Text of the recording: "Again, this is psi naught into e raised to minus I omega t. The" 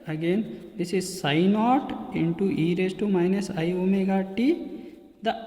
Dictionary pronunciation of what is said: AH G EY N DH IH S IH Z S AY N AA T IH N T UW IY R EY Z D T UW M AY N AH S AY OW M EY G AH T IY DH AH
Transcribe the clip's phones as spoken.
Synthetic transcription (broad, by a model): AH G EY N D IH S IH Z S AY N AA T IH N T UW IY R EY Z T UW M AY N AH S AY OW M EY G AH T IY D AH